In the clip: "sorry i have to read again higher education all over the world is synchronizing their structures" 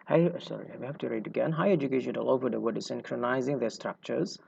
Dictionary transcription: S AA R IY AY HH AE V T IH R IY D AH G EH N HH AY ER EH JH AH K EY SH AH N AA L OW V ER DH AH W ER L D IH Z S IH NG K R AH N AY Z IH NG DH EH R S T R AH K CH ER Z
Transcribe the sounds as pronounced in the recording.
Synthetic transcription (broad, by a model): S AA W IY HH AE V T IH R IY D AH G EH N HH AY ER EH JH AH K EY SH AH N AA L OW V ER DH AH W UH D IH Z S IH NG K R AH N AY Z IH NG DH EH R S T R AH K CH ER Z